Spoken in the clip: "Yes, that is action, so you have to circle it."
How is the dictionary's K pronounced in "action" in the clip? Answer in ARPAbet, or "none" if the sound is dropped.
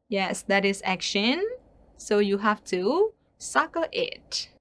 K